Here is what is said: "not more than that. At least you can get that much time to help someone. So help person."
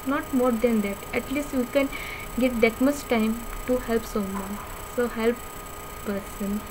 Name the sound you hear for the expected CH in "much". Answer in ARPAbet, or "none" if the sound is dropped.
S